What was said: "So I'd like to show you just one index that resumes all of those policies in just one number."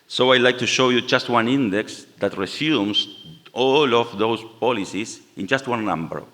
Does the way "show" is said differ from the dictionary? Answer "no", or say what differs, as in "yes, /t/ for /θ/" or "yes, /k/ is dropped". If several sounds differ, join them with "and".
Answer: no